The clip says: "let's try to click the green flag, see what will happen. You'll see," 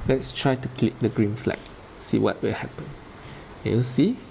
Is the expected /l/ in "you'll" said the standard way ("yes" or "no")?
no